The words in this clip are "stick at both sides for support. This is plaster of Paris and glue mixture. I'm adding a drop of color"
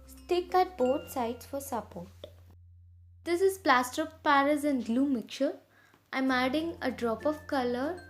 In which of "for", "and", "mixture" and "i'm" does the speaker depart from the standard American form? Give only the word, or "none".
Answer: mixture